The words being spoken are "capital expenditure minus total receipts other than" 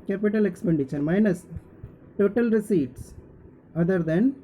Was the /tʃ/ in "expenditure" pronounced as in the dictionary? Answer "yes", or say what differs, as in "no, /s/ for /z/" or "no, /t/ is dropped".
no, /ʃ/ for /tʃ/